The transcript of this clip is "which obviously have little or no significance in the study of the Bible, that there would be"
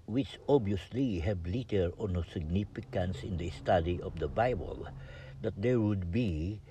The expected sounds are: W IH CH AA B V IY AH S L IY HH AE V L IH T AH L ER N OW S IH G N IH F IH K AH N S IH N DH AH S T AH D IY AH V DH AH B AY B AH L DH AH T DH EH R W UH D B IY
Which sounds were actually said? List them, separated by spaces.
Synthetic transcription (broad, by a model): W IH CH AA B IY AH S L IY HH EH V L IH T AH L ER N OW S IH G N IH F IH K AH N S IH N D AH S T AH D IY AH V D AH B AY B AH L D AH T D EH R W UH D B IY